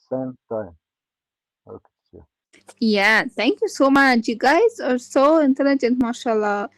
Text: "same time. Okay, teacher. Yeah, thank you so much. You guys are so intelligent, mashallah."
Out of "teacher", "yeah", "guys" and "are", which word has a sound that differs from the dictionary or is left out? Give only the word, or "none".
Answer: teacher